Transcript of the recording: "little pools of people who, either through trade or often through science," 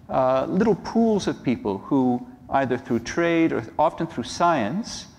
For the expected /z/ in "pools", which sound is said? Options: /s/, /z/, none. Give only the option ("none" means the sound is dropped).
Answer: /z/